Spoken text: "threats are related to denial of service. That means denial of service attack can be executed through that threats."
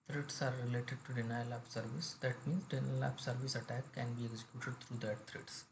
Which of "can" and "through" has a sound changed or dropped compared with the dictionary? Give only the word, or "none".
through